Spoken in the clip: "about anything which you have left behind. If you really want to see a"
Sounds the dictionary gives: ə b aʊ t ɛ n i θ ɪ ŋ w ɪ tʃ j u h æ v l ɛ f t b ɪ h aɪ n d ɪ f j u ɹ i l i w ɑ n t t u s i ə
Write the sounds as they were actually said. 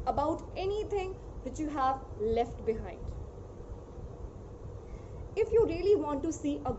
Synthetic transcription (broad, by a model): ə b aʊ t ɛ n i t ɪ ŋ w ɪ tʃ j u h æ v l ɛ f t b ɪ h aɪ n d ɪ f j u ɹ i l i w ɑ n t t u s i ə